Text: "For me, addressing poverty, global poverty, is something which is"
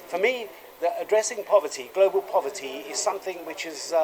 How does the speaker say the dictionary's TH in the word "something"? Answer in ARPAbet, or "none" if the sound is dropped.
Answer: TH